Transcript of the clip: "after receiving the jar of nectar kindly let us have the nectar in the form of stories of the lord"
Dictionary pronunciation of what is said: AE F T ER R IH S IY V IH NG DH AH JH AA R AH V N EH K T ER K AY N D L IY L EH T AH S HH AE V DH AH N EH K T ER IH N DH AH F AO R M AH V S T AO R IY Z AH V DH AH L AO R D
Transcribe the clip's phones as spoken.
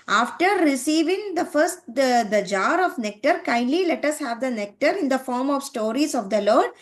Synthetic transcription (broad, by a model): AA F T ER R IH S IY V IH NG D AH JH AA R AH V N EH K T ER K AY N D L IY L EH T AH S HH AE V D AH N EH K T ER IH N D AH F AO R M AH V S T AO R IY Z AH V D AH L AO R D